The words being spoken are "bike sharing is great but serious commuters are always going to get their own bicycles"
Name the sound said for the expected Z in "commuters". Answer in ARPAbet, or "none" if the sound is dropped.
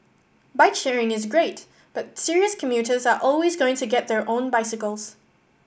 Z